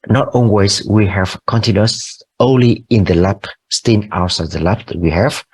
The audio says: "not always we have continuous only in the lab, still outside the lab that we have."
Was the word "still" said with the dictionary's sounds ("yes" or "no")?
no